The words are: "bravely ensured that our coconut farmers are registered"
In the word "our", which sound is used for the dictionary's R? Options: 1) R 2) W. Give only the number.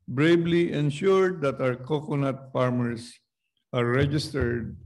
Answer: 2